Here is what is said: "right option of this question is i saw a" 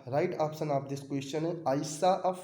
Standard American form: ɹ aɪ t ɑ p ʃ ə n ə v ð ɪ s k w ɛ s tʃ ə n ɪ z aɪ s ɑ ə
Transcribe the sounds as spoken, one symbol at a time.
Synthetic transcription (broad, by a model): ɹ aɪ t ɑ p s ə n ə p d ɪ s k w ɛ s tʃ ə n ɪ aɪ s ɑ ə